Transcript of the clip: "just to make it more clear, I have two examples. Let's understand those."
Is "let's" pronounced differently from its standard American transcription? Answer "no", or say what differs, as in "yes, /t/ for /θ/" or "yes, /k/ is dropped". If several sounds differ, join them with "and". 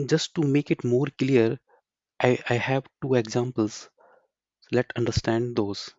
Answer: yes, /s/ is dropped